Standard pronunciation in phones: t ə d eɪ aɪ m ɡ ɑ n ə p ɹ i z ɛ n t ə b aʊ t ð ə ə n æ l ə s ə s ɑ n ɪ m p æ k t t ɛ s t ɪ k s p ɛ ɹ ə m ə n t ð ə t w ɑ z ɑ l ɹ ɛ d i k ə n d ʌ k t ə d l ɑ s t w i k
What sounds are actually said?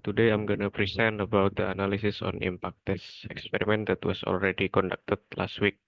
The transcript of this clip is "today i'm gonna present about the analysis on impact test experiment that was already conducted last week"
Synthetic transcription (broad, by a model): t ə d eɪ aɪ m ɡ ɑ n ə p ɹ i s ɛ n ə b aʊ t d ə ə n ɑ l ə s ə s ɑ n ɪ m p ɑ k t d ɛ s ɪ k s p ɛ ɹ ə m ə n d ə t w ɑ s ɑ l ɹ ɛ d i k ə n d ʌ k t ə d l ɑ s t w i k